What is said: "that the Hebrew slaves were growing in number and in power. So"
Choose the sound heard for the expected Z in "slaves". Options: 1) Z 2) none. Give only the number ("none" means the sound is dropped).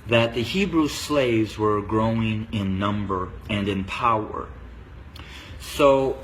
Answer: 1